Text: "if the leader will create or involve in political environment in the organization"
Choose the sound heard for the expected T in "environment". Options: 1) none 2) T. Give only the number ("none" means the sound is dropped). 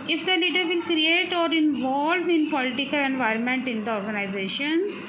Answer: 2